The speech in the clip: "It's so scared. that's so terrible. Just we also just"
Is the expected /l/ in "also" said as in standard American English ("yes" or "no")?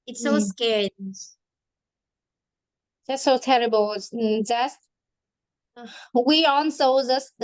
no